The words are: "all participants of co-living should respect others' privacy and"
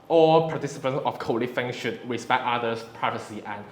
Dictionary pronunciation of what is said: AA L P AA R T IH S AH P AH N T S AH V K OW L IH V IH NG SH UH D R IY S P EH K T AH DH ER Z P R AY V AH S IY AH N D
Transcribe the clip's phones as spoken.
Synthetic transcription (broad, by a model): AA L P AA T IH S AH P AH N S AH F K OW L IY F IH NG SH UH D R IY S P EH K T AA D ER S P R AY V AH S IY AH N